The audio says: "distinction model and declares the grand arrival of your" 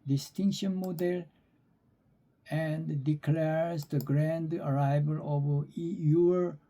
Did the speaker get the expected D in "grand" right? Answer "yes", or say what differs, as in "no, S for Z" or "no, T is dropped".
yes